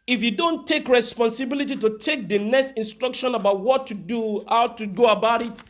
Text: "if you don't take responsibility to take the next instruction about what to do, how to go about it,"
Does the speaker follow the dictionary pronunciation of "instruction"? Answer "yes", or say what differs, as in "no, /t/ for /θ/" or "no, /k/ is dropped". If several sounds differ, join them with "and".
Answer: yes